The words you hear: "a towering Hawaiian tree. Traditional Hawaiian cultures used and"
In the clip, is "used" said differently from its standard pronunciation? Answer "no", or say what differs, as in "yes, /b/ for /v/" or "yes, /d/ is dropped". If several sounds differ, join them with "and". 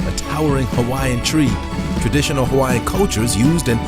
no